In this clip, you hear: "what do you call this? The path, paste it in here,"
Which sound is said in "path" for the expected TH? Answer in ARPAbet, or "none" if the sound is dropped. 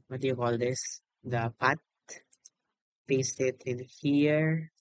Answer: T